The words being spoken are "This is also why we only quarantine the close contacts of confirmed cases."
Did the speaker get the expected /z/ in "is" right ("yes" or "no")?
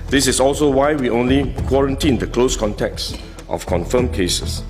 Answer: no